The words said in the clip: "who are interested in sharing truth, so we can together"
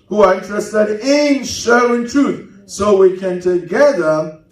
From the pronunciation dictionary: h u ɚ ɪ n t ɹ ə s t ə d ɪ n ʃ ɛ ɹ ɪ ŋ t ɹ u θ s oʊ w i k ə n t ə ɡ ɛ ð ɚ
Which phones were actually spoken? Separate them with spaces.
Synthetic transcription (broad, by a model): h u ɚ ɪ n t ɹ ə s t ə d ɪ n ʃ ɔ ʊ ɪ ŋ t ɹ u θ s oʊ w i k ə n t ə ɡ ɛ ð ɚ